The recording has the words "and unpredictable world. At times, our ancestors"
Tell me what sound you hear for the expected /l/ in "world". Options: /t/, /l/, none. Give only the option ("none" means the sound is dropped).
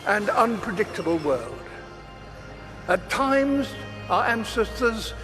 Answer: /l/